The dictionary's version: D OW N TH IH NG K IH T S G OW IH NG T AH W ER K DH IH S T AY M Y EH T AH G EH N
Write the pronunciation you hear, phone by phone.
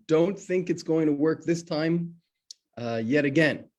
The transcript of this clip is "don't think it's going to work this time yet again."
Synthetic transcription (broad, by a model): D OW N TH IH NG K IH T S G OW IH NG T AH W ER K DH IH S T AY M Y EH T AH G EH N